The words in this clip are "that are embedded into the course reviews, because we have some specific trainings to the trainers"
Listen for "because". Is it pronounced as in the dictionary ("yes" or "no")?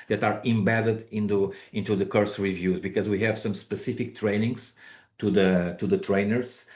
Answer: yes